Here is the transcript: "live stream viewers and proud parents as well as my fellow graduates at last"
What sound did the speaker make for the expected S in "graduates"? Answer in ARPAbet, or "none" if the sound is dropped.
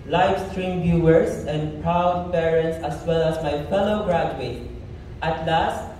none